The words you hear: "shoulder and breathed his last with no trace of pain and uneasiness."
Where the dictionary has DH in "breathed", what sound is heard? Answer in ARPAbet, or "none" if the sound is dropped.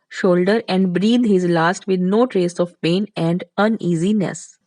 none